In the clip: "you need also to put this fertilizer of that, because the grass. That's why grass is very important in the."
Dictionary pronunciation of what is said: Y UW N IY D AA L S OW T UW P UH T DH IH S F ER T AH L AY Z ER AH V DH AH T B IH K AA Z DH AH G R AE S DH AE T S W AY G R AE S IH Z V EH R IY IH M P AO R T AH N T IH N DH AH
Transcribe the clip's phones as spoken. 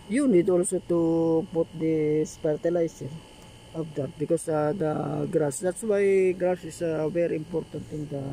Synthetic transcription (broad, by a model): Y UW N IY D AA L S OW T UW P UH T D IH S P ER T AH L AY S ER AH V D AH T B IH K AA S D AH G R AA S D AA T S W AY G R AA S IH S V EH R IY IH M P AO R T AH N T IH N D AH